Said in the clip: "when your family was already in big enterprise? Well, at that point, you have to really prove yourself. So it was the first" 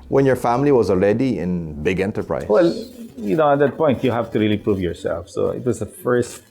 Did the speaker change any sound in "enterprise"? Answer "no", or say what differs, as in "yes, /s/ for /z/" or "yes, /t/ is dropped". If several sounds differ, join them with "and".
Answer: yes, /z/ is dropped